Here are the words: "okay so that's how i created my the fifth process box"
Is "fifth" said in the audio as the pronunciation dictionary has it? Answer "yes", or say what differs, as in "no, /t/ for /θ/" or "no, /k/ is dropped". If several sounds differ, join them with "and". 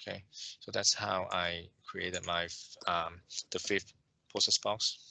no, /f/ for /θ/